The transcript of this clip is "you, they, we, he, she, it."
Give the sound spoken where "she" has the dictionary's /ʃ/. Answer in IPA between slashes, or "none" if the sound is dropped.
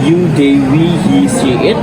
/s/